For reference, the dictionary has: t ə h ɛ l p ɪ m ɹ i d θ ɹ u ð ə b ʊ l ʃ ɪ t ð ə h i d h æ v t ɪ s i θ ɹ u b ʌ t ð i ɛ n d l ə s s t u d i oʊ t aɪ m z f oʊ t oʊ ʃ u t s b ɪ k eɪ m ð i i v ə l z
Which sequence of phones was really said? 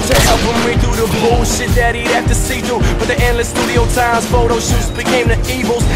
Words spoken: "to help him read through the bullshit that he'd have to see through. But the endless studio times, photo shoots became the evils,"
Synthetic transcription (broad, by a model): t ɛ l f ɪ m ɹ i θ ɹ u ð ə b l ʃ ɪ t ð ə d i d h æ f t ɪ s i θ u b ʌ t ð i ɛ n l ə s s t u d i oʊ t aɪ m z f oʊ t oʊ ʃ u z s b ɪ k eɪ m ð i i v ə l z